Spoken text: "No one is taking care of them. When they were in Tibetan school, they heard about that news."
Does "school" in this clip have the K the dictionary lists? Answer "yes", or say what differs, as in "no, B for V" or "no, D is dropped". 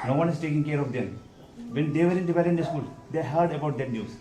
yes